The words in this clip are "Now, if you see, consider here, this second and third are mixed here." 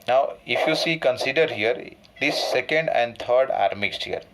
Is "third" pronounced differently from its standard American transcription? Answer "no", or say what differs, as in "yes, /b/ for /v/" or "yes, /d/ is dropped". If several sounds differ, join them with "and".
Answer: yes, /t/ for /θ/